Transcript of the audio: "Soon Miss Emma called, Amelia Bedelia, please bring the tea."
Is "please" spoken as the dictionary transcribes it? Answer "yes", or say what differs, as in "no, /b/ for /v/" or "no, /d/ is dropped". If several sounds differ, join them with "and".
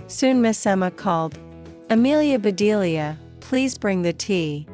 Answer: yes